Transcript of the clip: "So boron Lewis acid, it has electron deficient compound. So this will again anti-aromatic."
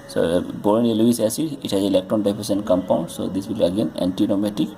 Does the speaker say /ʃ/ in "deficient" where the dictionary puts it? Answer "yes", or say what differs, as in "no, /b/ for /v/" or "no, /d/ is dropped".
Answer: no, /s/ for /ʃ/